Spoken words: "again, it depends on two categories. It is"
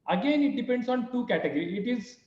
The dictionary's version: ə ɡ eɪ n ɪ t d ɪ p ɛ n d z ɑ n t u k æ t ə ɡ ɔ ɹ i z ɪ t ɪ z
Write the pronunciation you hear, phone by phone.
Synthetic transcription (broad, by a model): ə ɡ eɪ n ɪ t d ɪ p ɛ n d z ɑ n t u k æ t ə ɡ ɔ ɹ i ɪ t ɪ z